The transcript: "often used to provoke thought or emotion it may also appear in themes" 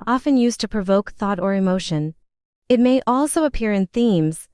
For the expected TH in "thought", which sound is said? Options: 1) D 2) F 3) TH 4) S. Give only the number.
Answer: 3